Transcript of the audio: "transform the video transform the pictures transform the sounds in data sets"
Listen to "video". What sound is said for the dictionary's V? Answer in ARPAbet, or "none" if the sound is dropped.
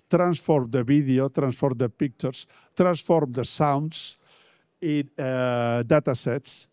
B